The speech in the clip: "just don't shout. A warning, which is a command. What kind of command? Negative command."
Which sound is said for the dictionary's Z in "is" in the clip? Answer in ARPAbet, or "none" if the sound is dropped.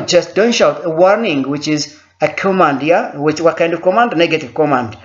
Z